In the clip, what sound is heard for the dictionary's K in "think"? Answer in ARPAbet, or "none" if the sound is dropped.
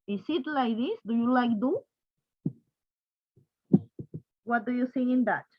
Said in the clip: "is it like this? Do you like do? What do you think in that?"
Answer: none